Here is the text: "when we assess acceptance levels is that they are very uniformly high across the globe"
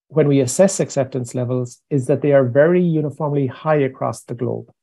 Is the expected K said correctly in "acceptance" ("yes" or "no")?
yes